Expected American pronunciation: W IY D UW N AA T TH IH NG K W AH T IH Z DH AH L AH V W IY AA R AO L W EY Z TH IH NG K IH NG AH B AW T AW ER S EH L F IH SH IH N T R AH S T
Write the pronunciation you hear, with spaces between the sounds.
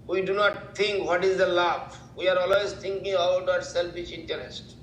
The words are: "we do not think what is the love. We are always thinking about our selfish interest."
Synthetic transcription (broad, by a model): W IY D UW N AA T T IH NG K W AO T IH Z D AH L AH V W IY AA R AO L W EY Z T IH NG K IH NG AH B AW T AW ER S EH L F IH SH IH N T R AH S T